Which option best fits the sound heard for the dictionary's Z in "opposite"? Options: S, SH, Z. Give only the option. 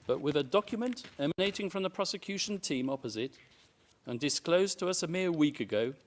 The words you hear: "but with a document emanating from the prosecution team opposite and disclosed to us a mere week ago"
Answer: Z